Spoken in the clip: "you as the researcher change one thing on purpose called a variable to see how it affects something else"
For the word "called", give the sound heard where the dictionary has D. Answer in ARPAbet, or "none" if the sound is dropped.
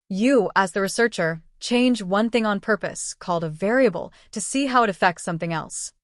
D